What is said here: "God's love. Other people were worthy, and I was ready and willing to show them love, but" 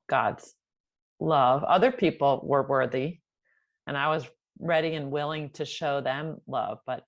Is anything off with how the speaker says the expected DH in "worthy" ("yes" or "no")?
no